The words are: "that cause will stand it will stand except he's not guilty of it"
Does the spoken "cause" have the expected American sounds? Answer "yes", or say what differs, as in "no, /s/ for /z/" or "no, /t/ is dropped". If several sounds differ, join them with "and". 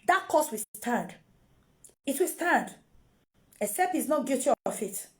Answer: no, /s/ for /z/